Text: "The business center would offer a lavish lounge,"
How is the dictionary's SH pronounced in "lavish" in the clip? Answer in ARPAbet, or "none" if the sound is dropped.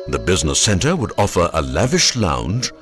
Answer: SH